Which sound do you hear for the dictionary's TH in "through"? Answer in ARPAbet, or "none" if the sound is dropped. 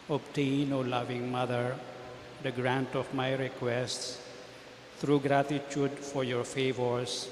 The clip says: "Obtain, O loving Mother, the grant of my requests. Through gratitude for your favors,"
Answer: T